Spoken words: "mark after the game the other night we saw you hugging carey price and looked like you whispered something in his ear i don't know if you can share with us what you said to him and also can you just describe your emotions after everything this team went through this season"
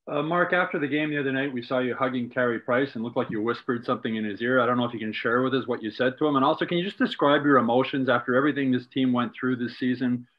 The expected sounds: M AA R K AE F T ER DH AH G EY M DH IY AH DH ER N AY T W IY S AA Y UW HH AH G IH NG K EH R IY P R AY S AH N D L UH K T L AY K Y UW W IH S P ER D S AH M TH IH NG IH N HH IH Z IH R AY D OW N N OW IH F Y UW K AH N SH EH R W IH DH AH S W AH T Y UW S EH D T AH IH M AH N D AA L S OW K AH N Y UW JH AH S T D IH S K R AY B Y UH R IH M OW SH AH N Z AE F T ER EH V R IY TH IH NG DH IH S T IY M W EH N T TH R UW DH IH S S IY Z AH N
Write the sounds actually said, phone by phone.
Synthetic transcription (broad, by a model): M AA R K AE F T ER DH AH G EY M DH IY AH DH ER N AY T W IY S AA Y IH HH AH G IH NG K EH R IY P R AY S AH N L UH K T L AY K Y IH W IH S P ER D S AH M TH IH NG IH N IH Z IH R AY D OW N N OW IH F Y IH K AH N SH EH R W IH DH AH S W AH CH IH S EH D T AH IH M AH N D AA L S OW K AH N Y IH JH AH S D IH S K R AY B Y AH R IH M OW SH AH N Z AE F T ER EH V R IY TH IH NG DH IH S T IY M W EH N TH R UW DH IH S S IY Z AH N